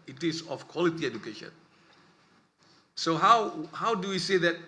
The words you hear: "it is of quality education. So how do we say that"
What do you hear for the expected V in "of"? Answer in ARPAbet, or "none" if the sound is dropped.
F